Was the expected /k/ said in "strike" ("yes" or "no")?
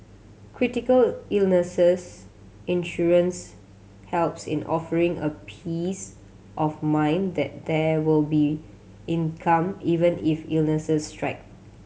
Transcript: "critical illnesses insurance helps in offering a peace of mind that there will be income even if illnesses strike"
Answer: yes